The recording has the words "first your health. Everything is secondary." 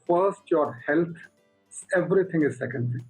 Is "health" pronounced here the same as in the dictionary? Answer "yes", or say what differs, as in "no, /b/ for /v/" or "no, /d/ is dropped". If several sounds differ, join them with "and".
no, /s/ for /θ/